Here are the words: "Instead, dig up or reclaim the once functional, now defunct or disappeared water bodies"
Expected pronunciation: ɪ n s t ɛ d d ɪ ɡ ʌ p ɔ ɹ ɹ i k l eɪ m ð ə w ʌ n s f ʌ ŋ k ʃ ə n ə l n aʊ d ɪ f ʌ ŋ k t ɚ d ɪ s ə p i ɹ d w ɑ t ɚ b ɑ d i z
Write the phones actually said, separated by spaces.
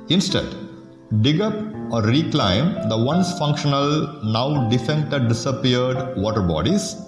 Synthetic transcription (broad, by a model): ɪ n s t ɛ d d ɪ ɡ ʌ p ɔ ɹ ɹ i k l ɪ m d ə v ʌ n s f ʌ ŋ k ʃ ə n ə l n aʊ d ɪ f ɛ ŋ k t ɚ d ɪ s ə p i ɹ d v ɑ t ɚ b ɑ d i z